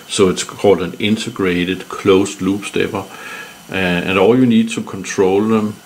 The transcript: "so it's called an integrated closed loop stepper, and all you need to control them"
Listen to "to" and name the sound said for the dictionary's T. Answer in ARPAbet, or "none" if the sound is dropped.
S